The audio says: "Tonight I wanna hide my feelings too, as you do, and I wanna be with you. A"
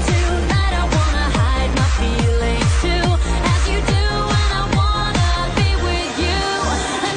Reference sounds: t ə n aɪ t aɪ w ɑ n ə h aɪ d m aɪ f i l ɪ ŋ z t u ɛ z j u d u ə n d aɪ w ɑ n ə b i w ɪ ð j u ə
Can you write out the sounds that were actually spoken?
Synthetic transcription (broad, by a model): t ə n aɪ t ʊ w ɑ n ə h aɪ d m aɪ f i l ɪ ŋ t u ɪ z j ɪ d u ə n aɪ w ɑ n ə b i w ɪ ð j u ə